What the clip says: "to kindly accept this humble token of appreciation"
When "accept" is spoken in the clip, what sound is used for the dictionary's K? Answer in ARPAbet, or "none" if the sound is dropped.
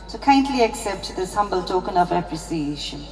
K